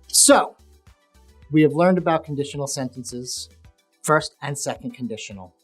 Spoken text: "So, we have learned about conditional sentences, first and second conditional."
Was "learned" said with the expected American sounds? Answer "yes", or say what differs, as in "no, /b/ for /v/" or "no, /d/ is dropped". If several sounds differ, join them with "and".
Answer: yes